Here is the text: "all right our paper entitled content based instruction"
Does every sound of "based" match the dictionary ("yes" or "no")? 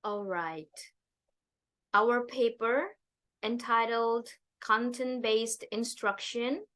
yes